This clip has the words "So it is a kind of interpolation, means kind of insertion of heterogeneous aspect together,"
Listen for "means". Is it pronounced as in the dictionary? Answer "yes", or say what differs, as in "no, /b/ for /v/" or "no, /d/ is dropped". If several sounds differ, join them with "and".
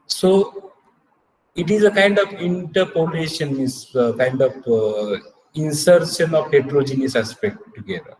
no, /n/ is dropped